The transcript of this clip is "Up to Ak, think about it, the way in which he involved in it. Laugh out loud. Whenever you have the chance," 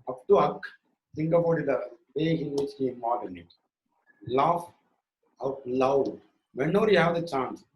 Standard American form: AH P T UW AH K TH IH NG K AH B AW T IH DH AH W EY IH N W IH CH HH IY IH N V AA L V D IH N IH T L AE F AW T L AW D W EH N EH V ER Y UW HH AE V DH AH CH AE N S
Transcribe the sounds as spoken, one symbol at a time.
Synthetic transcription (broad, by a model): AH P T UW AH K S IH NG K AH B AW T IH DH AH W EY IH N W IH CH HH IY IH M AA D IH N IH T L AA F AW T L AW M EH N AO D Y UW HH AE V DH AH CH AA N S